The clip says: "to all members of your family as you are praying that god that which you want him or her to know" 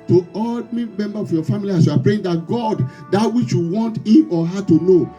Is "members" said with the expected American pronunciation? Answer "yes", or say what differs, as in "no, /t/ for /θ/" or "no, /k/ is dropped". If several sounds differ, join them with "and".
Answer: no, /z/ is dropped